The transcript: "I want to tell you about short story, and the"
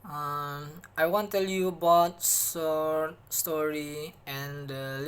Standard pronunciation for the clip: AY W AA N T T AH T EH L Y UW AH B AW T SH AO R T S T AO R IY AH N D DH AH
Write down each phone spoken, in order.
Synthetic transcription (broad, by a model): AY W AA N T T T EH L Y UW AH B AW T S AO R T S T AO R IY AH N D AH